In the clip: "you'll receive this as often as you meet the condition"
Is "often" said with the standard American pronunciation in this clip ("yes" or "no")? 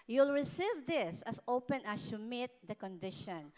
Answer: no